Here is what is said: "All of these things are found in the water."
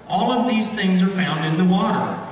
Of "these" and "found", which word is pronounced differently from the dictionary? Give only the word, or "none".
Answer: none